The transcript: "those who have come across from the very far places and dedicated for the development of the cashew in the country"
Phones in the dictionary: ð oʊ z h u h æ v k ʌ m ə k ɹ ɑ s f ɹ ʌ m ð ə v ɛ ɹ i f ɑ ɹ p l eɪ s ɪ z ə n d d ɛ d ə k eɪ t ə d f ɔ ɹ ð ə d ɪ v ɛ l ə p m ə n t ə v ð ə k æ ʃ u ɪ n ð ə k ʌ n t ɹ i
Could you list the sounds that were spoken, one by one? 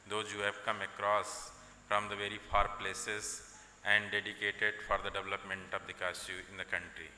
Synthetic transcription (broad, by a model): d oʊ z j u h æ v k ʌ m ə k ɹ ɑ s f ɹ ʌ m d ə v ɛ ɹ i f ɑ ɹ p l eɪ s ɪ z ə n d d ɛ d ə k eɪ t ə d f ɔ ɹ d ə d ɪ v ɛ l ə p m ə n t ə v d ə k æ s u ɪ n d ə k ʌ n t ɹ i